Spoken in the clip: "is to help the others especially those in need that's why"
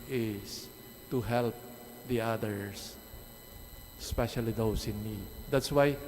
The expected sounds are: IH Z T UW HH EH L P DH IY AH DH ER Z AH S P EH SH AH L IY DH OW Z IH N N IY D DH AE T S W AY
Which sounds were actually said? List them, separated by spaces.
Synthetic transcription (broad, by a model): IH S T UW HH EH L P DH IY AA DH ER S S P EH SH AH L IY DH OW S IH N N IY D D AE T S W AY